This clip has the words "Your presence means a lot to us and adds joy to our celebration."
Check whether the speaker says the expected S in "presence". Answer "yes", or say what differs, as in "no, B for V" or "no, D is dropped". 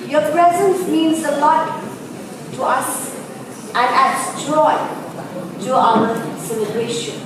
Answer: yes